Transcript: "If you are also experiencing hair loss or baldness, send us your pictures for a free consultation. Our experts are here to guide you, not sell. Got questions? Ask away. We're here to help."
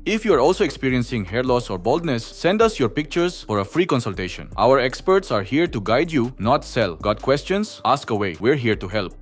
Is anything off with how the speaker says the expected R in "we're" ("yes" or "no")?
no